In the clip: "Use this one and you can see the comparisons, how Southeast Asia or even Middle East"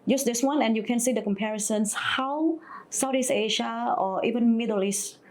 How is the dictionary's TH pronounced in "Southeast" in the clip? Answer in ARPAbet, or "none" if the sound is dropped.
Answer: T